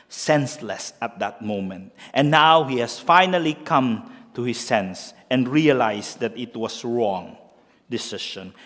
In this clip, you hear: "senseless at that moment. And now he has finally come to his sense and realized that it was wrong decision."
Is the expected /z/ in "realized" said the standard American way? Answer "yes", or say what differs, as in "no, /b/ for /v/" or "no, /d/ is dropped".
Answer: no, /s/ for /z/